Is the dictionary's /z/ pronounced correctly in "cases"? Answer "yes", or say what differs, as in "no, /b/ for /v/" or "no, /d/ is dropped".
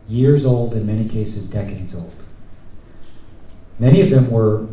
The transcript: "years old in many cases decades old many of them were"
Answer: yes